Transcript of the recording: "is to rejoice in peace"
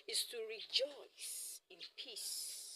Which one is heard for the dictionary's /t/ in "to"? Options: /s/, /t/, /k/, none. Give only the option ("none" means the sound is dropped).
/t/